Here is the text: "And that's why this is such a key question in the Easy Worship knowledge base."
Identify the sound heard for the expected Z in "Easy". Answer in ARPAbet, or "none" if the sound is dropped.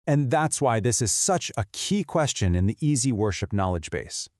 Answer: Z